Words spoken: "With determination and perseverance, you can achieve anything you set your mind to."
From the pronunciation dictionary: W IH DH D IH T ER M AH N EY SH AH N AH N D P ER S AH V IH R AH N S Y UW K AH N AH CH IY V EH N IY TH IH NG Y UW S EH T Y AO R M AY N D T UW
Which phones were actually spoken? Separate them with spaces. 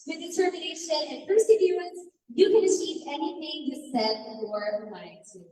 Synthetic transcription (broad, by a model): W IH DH D IH T ER M AH N EY SH AH N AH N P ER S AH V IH AH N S Y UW K AH N AH CH IY V EH N IY TH IH NG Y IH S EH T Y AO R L AY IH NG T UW